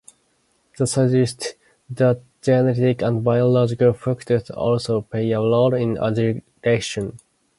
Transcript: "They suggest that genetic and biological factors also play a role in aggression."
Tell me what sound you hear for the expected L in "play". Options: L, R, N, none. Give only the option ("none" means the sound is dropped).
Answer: none